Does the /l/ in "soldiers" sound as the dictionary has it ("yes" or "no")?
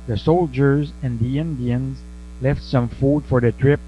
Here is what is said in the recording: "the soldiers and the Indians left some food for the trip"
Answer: yes